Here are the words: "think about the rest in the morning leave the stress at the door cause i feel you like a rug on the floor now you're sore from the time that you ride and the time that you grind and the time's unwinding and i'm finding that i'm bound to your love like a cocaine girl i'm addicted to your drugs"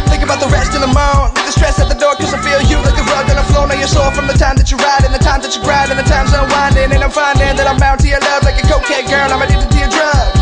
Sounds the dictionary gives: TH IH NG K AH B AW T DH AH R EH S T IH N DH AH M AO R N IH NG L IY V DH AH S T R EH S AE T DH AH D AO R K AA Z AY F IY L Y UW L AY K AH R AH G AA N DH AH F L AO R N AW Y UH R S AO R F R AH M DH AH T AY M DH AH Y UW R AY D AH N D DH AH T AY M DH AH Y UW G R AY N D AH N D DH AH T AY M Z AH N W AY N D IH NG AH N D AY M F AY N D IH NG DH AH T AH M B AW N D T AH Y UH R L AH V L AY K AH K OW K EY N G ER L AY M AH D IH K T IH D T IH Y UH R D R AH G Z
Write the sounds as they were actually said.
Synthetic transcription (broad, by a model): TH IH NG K AH B AW T DH AH R EH S T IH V DH AH M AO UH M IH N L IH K DH AH S T R EH S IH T DH AH D AO R K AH Z AY F IY L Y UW L AY K AH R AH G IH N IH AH F L AO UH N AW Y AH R S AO F R AH M DH AH T AY M DH AH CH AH R AY D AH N DH AH T AY M DH AH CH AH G R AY D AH N DH AH T AY M Z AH W AY N D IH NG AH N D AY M F AY N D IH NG DH AH T AH M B AW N T AH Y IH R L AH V L AY K AH K OW K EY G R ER N AY M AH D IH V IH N T IH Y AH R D R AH